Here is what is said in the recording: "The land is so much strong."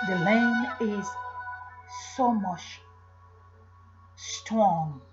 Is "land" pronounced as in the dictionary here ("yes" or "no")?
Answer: no